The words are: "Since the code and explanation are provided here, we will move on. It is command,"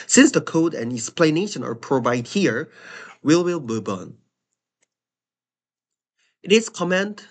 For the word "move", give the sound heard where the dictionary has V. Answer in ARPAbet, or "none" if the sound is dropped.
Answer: B